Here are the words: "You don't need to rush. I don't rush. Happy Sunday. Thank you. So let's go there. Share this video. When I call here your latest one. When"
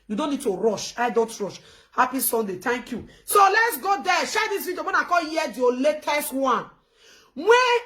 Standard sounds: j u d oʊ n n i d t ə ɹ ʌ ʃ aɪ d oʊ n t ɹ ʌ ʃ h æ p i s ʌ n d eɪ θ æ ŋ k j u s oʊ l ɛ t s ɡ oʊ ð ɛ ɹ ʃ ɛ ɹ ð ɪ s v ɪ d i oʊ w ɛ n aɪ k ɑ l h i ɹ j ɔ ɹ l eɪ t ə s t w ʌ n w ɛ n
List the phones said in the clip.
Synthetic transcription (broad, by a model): j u d oʊ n n i d t ə ɹ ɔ ʃ aɪ d oʊ n t ɹ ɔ ʃ h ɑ p i s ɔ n d eɪ t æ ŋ k j u s oʊ l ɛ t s ɡ oʊ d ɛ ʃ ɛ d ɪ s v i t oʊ w ɛ n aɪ k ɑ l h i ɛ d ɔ l eɪ t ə s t w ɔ n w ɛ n